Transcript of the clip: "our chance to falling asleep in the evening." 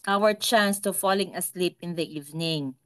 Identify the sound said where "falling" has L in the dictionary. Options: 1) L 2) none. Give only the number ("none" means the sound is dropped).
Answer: 1